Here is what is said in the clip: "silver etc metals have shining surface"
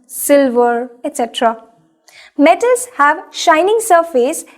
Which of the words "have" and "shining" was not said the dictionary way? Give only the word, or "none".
none